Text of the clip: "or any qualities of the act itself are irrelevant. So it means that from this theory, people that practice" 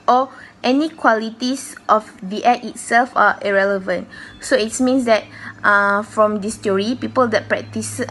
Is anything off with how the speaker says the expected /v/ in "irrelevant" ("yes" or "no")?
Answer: no